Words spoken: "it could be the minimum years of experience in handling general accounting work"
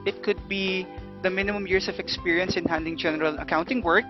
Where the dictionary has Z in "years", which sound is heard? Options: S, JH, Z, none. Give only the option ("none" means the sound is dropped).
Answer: S